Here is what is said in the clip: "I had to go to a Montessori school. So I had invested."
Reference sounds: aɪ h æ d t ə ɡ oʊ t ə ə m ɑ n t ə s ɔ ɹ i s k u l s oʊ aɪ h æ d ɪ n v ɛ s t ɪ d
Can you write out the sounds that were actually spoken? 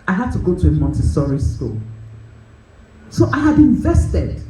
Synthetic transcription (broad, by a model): aɪ h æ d t ə ɡ oʊ t ə ə m ɑ n t ə s ɔ ɹ i s k u l s oʊ aɪ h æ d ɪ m v ɛ s t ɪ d